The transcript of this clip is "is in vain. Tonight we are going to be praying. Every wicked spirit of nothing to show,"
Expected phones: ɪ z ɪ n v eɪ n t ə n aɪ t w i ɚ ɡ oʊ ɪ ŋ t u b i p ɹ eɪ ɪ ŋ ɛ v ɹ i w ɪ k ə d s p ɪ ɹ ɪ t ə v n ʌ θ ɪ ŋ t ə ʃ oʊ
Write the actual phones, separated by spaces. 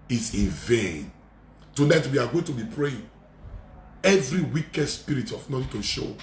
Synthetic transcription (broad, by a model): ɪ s ɪ n v eɪ n t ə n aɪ t w i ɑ ɡ oʊ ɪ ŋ t u b i p ɹ eɪ ɪ ŋ ɛ v ɹ i w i k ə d s p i ɹ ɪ t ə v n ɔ t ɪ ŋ t ə ʃ oʊ